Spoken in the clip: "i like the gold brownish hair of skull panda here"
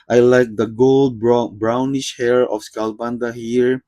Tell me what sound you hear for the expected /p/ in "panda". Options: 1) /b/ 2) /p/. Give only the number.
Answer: 1